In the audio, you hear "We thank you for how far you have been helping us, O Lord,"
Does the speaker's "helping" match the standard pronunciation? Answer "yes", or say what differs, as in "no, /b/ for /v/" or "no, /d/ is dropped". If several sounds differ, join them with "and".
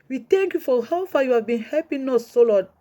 no, /l/ is dropped